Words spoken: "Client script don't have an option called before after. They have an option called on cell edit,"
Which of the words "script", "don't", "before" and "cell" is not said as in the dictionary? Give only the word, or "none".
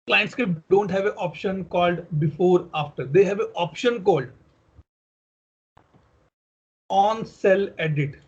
script